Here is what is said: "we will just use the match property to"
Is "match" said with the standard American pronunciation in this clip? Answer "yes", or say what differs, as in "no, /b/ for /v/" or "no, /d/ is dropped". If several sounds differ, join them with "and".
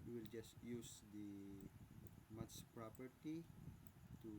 no, /s/ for /tʃ/